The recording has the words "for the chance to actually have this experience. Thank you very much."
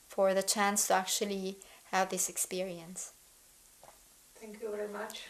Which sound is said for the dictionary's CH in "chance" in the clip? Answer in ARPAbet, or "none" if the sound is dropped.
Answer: CH